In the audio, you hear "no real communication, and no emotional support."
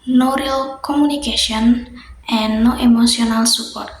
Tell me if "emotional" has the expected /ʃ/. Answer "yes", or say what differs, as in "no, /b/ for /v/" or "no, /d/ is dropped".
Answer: no, /s/ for /ʃ/